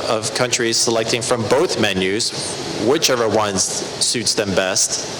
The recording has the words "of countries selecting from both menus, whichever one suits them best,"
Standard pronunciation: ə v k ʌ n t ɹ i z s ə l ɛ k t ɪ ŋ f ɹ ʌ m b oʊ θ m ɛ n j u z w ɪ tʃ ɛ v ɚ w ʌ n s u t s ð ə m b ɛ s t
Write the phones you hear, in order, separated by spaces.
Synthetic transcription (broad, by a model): ə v k ʌ n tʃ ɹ i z s ə l ɛ k t ɪ ŋ f ɹ ʌ m b oʊ θ m ɛ n j u z w ɪ tʃ ɛ v ɚ w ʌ n s u t s ð ə m b ɛ s t